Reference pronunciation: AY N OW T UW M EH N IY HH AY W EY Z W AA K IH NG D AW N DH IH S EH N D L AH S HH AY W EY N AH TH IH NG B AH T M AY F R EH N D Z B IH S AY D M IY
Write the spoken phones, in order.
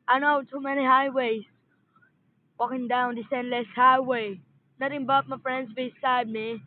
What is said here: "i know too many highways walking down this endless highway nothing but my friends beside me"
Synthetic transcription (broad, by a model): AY N OW T UW M EH N IY HH AY W EY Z W AA K IH NG D AW N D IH S EH N D L AH S HH AY W EY N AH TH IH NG B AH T M AY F R EH N D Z B IH S AY D M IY